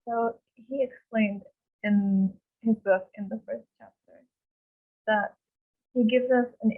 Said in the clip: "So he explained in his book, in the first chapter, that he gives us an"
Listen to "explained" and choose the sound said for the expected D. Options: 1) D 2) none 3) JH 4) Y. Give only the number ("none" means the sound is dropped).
1